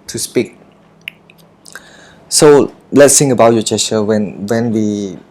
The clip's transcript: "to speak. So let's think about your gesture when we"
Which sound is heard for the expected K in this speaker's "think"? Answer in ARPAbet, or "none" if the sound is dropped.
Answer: none